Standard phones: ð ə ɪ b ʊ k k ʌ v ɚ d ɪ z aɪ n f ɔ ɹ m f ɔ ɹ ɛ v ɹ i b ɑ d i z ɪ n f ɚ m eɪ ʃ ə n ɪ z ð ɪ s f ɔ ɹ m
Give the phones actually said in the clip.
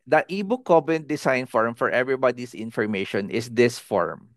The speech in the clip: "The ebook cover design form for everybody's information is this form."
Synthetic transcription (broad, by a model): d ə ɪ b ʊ k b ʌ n d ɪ s aɪ n f ɔ ɹ m f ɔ ɹ ɛ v ɹ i b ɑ d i s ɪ n f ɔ m eɪ ʃ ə n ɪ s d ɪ s f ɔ ɹ m